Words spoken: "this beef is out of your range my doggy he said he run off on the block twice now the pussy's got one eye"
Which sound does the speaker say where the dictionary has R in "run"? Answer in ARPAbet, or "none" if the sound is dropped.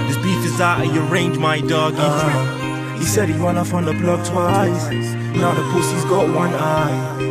W